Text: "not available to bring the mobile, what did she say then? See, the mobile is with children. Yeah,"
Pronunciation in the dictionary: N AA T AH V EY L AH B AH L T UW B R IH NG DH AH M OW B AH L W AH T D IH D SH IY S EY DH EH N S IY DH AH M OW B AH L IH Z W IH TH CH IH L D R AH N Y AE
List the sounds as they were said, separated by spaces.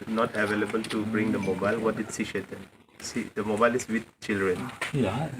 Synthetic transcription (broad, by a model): N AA T AH V EY L AH B AH L T UW B R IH NG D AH M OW B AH L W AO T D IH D S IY SH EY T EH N S IY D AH M OW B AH L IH S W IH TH CH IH L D R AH N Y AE